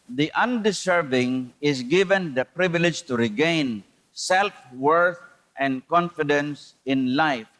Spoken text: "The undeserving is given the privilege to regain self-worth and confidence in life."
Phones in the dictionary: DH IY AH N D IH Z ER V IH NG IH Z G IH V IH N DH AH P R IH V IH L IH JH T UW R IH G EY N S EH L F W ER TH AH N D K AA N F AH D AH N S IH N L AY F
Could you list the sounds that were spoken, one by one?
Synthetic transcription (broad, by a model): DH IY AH N D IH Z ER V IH NG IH S G IH V IH N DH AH P R IH V IH L IH JH T UW R IH G EY N S EH L F W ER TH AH N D K AA N F AH D AH N S IH N L AY F